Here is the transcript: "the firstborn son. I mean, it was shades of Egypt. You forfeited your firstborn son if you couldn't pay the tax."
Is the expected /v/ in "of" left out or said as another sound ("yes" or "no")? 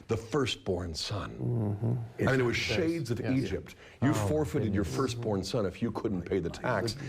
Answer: no